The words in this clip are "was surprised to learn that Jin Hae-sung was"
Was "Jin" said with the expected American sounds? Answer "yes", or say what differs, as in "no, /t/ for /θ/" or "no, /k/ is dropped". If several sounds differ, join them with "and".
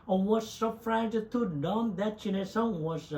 no, /tʃ/ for /dʒ/